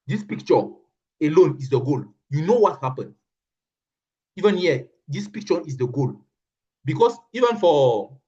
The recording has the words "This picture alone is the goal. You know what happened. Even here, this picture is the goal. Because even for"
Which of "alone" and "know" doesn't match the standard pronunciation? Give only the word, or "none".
none